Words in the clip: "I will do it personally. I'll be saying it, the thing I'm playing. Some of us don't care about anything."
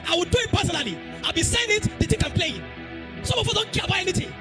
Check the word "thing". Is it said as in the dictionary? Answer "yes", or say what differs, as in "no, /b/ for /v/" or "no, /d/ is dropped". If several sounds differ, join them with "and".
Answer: no, /t/ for /θ/